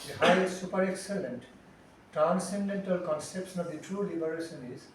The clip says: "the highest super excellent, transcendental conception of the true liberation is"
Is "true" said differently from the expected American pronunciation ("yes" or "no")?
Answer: no